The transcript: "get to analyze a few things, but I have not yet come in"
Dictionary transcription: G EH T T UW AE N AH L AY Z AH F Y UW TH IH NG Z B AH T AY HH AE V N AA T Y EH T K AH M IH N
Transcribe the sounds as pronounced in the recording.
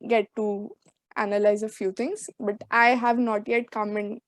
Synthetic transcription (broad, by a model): G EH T T UW AE N AH L AY Z AH F Y UW T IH NG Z B AH T AY HH AE V N AA T Y EH T K AH M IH N